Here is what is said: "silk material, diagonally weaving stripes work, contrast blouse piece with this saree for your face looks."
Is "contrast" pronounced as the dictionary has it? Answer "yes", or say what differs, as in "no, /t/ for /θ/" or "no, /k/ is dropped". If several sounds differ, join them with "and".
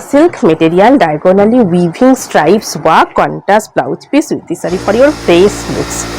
no, /ɹ/ is dropped